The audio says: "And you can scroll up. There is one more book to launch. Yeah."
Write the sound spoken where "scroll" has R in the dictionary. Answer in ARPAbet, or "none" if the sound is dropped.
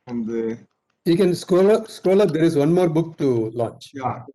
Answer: L